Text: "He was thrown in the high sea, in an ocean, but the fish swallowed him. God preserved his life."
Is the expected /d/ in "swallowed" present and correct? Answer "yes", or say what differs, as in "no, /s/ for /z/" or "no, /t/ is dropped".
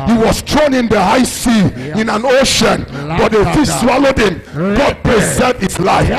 yes